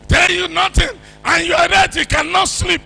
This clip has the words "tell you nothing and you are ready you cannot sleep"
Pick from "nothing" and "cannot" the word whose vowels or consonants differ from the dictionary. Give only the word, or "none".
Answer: nothing